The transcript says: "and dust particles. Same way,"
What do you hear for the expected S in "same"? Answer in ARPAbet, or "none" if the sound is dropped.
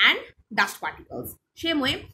SH